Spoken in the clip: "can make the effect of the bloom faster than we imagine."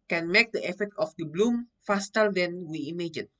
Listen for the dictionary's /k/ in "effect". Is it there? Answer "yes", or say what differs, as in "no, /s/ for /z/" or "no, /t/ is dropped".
no, /k/ is dropped